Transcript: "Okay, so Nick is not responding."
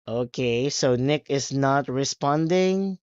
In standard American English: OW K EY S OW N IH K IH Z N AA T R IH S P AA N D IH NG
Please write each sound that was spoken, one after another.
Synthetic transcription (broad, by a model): OW K EY S OW N IH K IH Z N AA T R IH S P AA N D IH NG